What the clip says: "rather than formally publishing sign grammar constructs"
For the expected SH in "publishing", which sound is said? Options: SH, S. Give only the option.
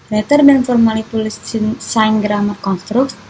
S